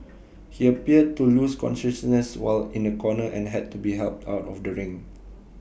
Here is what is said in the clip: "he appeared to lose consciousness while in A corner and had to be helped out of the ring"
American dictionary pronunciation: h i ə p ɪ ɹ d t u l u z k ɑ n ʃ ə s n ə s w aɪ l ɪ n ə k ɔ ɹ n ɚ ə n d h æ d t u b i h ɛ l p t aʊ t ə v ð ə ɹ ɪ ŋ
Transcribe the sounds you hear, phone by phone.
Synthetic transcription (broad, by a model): h i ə p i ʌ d t u l u s k ɑ n ʃ ə s n ə s w aɪ l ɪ n ə k ɔ n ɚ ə n h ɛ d t u b i h ɛ l p t aʊ t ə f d ə ɹ ɪ ŋ